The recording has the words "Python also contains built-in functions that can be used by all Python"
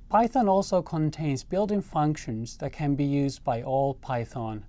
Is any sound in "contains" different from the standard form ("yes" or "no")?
no